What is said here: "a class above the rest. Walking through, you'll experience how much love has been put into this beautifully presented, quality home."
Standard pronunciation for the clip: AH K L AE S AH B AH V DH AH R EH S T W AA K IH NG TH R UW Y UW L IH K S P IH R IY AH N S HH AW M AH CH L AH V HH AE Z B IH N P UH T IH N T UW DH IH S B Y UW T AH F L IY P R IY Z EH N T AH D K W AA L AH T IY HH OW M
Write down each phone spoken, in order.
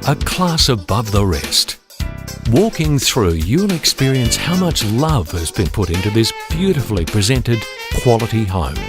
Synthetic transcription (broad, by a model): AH K L AE S AH B AH V DH AH R EH S T W AA K IH NG TH R UW Y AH N IH K S P IH R IY AH N S HH AW M AH CH L AH V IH Z B IH N P UH T IH N T UW DH IH S B Y UW T AH F L IY P R IY Z EH N T AH D K W AA L AH T IY HH OW M